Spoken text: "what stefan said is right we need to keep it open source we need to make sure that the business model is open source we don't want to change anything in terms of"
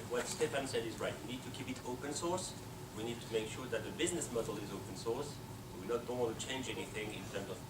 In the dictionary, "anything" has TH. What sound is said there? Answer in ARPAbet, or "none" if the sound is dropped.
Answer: TH